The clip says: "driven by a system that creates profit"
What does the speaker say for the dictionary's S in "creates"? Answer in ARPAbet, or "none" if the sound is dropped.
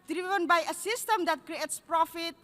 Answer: S